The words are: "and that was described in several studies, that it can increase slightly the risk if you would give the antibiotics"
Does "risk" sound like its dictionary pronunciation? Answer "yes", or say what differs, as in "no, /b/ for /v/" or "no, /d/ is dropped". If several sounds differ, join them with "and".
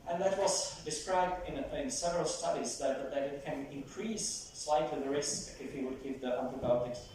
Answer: no, /k/ is dropped